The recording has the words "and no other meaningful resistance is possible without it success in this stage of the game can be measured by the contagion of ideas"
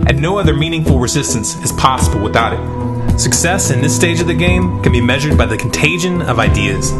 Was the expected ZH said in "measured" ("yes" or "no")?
yes